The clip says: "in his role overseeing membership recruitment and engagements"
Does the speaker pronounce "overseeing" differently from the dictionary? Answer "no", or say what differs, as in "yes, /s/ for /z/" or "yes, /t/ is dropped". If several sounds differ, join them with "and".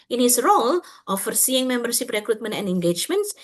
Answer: yes, /f/ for /v/